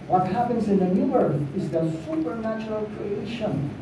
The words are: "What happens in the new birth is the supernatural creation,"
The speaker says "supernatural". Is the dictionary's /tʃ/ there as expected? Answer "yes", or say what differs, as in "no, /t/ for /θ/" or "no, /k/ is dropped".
yes